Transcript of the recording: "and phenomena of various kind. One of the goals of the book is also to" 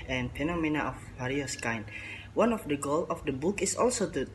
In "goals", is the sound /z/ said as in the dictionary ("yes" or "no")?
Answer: no